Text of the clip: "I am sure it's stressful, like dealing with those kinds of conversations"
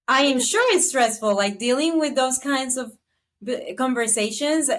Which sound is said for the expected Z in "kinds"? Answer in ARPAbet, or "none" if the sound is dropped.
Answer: Z